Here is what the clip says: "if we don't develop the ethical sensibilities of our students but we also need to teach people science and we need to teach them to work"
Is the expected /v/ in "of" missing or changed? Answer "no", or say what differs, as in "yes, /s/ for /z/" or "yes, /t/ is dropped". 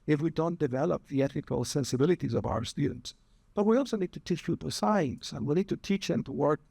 no